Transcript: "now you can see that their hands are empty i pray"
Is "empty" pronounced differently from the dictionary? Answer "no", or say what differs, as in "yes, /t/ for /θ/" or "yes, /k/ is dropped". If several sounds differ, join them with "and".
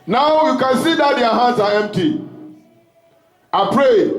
no